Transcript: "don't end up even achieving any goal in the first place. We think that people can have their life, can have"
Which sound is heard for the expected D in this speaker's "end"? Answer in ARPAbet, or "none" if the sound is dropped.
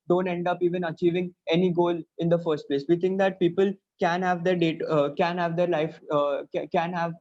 D